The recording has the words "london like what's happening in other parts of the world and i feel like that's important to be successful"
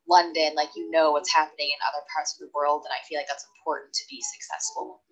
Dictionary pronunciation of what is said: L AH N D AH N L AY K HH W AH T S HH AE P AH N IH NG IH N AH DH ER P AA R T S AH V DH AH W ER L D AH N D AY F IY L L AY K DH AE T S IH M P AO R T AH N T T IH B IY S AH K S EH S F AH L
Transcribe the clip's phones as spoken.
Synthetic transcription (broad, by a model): L AH N D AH N L AY K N W AH T S HH AE P AH N IH NG IH N AH DH ER P AA R T S AH V DH AH W ER L D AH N AY F IY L L AY K DH AE T S M P AO R T N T T IH B IY S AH K S EH S F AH L